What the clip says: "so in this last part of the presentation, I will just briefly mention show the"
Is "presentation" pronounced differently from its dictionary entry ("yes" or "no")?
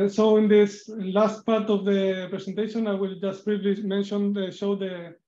yes